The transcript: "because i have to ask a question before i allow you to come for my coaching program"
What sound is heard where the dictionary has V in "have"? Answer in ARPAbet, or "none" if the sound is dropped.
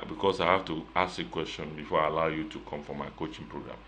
F